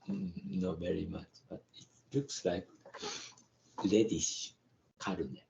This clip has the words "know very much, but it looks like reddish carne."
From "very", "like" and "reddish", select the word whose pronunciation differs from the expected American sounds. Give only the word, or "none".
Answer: reddish